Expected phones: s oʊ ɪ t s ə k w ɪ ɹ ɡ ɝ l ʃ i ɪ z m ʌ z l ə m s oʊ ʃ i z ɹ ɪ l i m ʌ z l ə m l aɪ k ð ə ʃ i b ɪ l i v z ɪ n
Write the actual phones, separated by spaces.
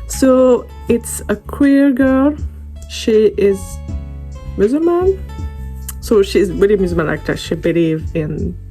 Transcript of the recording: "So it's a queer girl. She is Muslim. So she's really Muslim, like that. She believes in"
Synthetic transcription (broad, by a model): s oʊ ɪ t s ə k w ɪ ɹ ɡ ɝ l ʃ i ɪ z m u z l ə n s oʊ ʃ i z w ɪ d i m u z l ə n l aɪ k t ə ʃ i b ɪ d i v ɪ n